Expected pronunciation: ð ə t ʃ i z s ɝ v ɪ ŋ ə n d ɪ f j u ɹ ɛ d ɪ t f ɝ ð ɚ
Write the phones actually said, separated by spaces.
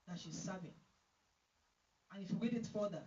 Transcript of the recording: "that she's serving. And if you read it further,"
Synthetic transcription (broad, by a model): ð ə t ʃ i z s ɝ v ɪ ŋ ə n ɪ f j u w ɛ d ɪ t f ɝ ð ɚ